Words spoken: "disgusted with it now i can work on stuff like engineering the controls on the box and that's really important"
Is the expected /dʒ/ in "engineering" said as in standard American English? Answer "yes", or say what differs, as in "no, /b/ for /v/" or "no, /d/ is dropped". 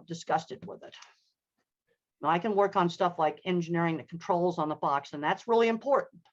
yes